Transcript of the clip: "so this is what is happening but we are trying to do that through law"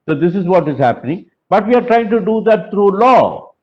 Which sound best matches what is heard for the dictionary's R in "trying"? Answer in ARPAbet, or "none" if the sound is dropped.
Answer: R